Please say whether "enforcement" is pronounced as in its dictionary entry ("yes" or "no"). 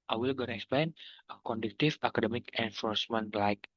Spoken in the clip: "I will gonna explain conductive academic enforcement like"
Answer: yes